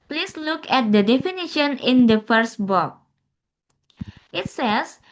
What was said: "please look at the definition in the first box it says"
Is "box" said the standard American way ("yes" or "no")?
no